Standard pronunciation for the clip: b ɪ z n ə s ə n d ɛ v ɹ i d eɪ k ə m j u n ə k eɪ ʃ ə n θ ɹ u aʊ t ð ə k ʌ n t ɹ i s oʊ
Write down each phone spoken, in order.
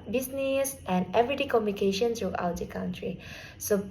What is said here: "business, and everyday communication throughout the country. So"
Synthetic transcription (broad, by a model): b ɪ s n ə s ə n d ɛ v ɹ i d eɪ k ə m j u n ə k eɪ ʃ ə n s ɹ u aʊ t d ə k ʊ n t ɹ i s oʊ